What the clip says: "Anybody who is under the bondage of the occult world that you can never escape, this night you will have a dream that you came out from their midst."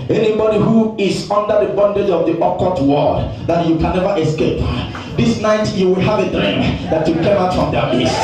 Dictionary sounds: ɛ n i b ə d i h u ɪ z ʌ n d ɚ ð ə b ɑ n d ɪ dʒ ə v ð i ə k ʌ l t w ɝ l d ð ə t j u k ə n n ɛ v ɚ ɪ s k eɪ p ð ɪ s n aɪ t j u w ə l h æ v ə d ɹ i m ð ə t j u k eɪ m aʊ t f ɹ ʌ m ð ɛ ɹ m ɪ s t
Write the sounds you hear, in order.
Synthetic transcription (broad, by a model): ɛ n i b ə d i h u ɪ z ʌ n d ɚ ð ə b ɑ n d ɪ dʒ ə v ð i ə k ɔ t w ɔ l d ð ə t j u k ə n n ɛ v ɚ ɪ s k eɪ p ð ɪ s n aɪ t j u w ə l h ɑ v ə d ɹ i m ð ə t j u k eɪ m aʊ t f ɹ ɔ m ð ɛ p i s